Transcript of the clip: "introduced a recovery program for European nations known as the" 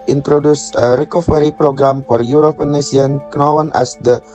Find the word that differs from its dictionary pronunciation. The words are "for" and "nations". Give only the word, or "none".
nations